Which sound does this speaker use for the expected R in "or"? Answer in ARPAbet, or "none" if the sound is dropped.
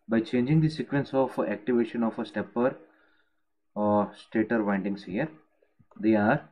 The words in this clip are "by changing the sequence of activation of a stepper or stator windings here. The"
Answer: R